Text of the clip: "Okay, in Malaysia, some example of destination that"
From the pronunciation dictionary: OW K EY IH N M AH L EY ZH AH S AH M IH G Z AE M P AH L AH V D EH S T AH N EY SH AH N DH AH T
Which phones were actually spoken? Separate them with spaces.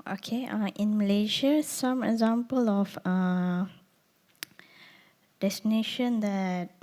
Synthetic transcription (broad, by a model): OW K EY IH N M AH L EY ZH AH S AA M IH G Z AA M P AH L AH F D EH S T AH N EY SH AH N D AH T